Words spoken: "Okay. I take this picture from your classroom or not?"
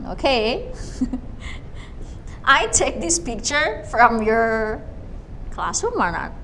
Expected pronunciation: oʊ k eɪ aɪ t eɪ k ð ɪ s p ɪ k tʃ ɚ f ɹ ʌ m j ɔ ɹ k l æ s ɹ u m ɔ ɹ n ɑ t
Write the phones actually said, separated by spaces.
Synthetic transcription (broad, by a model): oʊ k eɪ aɪ t eɪ k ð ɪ s p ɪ k tʃ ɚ f ɹ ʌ m j ɔ ɹ k l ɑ s u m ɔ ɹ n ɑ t